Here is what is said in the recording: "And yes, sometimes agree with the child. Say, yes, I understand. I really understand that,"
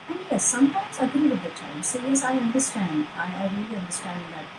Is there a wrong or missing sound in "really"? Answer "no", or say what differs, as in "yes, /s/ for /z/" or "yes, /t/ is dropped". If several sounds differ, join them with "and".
no